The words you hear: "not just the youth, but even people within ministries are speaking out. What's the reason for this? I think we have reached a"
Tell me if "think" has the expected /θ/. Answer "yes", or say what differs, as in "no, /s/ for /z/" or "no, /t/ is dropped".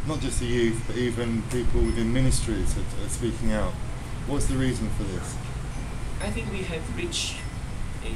yes